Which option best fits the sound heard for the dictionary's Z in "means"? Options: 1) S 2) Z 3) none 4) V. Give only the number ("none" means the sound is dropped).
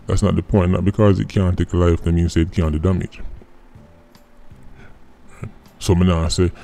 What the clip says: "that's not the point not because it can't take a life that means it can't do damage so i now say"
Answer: 1